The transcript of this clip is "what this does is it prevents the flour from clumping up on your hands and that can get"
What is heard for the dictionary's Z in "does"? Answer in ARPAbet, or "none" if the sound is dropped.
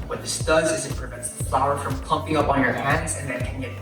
Z